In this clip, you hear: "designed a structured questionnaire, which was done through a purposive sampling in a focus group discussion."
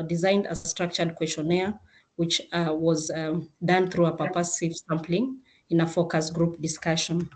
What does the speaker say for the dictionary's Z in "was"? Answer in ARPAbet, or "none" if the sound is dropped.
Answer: Z